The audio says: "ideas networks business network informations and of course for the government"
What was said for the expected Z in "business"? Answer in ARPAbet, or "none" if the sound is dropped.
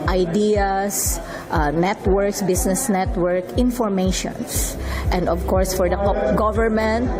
S